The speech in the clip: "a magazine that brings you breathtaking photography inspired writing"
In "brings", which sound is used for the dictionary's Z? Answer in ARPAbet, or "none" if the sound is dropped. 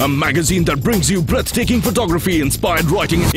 Z